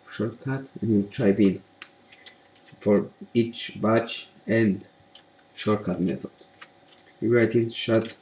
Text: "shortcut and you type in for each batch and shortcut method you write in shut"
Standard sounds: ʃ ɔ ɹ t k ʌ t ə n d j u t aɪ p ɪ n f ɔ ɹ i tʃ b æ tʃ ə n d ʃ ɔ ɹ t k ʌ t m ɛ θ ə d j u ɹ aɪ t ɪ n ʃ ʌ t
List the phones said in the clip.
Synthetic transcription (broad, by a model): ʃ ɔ ɹ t k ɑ t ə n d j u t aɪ b ɪ n f ɔ ɹ i tʃ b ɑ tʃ ə n d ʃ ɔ ɹ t k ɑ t m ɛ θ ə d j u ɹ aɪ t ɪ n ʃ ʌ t